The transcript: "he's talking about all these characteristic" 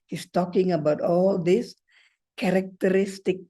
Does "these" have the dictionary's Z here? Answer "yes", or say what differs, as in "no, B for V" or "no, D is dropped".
no, S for Z